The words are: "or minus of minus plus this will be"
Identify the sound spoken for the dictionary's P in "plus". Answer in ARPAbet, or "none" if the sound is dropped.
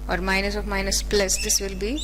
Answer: P